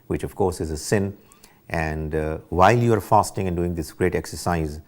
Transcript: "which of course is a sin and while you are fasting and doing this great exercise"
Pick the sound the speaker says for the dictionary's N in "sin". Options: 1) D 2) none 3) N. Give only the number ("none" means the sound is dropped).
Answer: 3